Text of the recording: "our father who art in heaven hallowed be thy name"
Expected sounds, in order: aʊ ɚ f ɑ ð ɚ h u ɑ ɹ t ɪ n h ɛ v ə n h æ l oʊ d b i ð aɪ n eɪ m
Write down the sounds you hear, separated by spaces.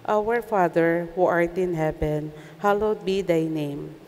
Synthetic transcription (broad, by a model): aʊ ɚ f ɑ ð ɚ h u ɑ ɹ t ɪ n h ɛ p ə n h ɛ l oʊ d b i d aɪ n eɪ m